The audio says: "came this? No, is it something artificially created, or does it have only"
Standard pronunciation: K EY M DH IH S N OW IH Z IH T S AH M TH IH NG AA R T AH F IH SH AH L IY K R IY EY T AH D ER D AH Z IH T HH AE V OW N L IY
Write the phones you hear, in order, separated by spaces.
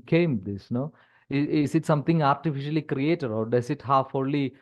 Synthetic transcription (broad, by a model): K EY M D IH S N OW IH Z IH T S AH M T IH NG AA R T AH F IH SH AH L IY K R IY EY T AH D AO D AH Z IH T HH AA F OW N L IY